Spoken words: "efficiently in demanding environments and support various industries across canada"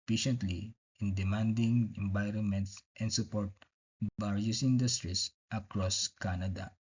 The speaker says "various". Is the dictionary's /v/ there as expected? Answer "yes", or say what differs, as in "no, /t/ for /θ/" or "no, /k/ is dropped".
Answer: no, /b/ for /v/